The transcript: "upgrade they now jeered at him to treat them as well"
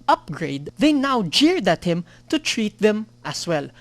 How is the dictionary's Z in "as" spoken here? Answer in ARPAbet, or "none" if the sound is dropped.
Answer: S